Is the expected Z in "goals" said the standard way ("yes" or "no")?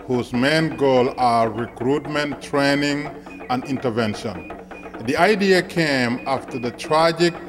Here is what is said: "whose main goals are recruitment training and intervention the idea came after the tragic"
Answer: no